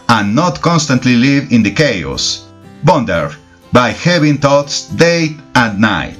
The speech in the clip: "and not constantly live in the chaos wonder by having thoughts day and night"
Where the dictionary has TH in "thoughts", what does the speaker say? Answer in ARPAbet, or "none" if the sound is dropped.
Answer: T